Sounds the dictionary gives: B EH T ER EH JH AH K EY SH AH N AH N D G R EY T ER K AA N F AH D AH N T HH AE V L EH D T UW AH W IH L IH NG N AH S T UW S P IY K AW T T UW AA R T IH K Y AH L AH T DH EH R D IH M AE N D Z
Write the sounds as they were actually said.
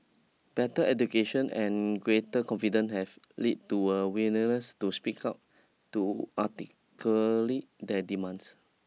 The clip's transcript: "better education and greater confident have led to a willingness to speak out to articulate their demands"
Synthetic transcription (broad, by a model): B EH T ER EH JH AH K EY SH AH N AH N G R EY T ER K AA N F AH D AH N HH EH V L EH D T UW AH W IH N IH N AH S T UW S P IY K AW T T UW AA T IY K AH L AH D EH D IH M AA N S